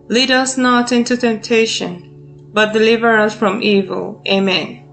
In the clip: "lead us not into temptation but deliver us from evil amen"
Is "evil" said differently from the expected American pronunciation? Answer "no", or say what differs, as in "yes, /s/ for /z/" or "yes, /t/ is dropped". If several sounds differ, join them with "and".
no